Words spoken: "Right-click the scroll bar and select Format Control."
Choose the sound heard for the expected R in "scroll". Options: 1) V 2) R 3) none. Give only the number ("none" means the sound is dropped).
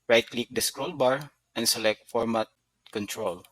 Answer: 2